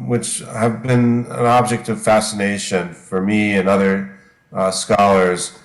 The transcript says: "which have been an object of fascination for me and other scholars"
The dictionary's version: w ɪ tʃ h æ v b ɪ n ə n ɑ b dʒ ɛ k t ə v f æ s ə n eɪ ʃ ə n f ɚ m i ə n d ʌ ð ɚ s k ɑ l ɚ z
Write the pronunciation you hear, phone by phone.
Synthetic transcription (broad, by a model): w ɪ tʃ h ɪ v b ɪ n ə n ɑ b dʒ ɛ k t ə v f æ s ə n eɪ ʃ ə n f ɚ m i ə n ʌ ð ɚ s k ɑ l ɚ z